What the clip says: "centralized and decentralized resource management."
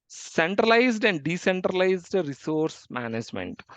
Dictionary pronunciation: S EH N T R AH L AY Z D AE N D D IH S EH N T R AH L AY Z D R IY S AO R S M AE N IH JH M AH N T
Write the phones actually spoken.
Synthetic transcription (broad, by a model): S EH N T R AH L AY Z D AE N D D IH S EH N T R AH L AY Z D R IY S AO R S M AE N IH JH M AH N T